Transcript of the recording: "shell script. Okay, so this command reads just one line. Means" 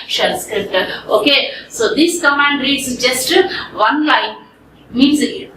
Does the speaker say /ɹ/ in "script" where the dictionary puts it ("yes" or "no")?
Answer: yes